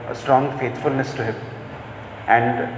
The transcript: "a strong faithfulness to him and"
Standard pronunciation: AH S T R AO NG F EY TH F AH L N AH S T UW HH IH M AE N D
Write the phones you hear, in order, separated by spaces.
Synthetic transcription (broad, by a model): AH S T R AO NG F EY T F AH L N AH S T UW HH IH M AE N D